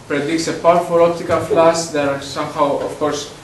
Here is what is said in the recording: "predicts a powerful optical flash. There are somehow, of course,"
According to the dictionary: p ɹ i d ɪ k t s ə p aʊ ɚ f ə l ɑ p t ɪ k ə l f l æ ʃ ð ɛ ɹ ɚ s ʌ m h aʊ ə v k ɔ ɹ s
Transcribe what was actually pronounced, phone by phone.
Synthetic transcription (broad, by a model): p ɹ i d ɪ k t s ə p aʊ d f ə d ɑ p t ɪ k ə l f l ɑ s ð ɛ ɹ s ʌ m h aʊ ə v k ɔ ɹ s